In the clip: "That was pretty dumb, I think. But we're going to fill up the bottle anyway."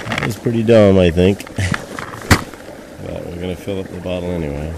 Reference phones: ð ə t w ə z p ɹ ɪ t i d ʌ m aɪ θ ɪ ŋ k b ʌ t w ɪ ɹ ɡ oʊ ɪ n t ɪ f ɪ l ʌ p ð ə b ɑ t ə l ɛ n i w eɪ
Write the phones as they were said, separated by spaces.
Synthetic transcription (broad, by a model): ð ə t w ə z p ɹ ɪ t i d ʌ m aɪ θ ɪ ŋ k b ʌ t w ɪ ɹ ɡ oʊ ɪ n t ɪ f ɪ l ʌ p ð ə b ɑ t l ɛ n i w eɪ